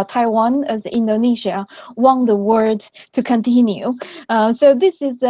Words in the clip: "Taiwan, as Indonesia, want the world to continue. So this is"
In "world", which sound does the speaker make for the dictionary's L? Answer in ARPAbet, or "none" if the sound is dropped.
none